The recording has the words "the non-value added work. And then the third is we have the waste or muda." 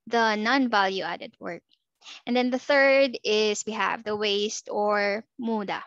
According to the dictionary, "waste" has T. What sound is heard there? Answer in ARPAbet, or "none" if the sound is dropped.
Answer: T